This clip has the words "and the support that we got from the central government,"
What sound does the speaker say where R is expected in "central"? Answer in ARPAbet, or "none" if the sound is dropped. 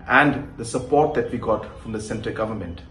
none